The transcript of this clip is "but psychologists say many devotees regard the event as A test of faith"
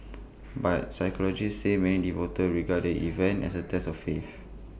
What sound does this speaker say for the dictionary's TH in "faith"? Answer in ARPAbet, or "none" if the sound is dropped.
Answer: F